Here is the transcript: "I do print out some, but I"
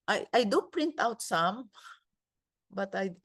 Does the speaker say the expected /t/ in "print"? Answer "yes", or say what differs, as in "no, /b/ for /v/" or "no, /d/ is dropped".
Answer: yes